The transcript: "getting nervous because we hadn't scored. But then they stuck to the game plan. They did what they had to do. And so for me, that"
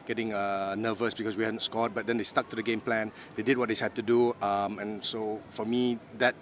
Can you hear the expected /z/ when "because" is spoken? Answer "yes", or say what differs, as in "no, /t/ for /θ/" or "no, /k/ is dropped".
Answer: no, /s/ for /z/